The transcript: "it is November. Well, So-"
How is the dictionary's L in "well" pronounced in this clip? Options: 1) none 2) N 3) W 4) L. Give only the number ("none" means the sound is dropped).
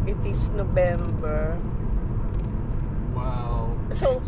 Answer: 3